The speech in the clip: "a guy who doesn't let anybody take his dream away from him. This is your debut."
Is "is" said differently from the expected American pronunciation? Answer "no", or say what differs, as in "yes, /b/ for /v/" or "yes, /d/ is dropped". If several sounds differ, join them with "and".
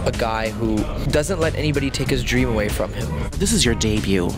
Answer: no